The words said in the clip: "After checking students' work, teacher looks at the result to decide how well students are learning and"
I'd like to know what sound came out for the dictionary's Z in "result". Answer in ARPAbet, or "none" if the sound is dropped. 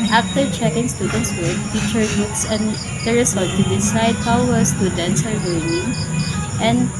S